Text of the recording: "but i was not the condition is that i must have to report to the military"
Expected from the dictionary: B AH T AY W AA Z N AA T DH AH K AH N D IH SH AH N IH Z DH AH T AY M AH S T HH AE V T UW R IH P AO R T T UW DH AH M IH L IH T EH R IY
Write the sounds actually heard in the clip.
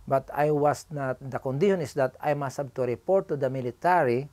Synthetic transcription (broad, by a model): B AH T AY W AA S N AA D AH K AH N D IH SH AH N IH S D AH T AY M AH S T HH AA B T UW R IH P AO R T T UW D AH M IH L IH T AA R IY